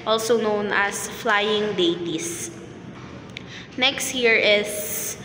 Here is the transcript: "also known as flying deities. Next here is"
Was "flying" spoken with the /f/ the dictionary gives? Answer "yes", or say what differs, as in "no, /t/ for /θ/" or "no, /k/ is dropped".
yes